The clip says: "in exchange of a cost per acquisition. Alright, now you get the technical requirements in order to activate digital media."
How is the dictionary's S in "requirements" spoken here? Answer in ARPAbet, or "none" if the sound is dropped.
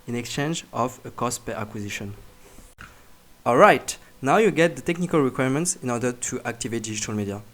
S